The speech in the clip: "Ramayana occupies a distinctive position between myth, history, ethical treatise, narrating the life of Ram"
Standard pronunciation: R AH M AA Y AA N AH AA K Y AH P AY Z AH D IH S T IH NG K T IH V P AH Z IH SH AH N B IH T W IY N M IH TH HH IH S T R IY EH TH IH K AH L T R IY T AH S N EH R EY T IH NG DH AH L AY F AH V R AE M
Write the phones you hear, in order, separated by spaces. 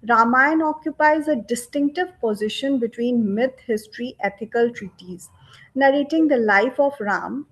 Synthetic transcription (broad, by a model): R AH M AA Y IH N AA K Y AH P AY Z AH D IH S T IH NG K T IH V P AH Z IH SH AH N B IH T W IY N M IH T HH IH S T R IY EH T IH K AH L T R IY T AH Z N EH R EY T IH NG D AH L AY F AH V R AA M